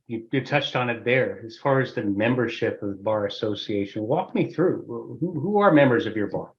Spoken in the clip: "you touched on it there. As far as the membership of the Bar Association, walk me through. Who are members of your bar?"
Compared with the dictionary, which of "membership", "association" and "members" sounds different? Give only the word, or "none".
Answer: none